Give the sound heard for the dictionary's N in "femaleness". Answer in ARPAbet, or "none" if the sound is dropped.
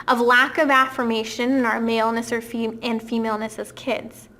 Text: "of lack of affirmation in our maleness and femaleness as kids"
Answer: N